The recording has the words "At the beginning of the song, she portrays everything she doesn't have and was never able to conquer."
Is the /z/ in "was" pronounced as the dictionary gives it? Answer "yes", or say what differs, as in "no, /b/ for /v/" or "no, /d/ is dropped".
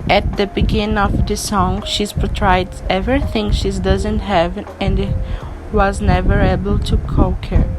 yes